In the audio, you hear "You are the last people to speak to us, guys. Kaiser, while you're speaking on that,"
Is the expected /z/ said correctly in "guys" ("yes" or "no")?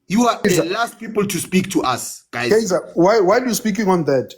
no